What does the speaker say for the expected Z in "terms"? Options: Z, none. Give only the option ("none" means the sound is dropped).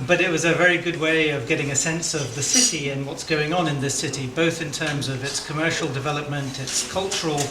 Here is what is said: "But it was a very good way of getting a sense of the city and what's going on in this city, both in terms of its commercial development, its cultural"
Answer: Z